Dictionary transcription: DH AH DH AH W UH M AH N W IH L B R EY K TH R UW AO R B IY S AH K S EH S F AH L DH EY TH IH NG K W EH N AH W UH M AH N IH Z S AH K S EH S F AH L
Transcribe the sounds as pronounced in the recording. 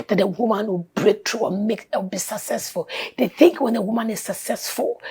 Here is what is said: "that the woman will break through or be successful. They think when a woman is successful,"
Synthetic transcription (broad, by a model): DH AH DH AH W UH M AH N W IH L B R EY K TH R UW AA W B IY S AH K S EH S F AH L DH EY TH IH NG K W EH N AH W UH M AH N IH Z S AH K S EH S F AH L